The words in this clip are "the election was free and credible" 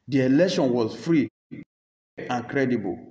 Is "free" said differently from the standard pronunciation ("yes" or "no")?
no